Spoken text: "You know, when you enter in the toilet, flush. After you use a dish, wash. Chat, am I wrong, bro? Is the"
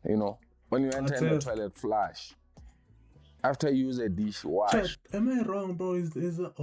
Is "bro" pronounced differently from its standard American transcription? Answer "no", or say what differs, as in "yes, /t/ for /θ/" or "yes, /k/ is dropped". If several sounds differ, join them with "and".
yes, /ɹ/ is dropped